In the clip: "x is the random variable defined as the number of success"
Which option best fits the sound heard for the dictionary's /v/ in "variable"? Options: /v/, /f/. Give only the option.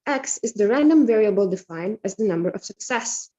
/v/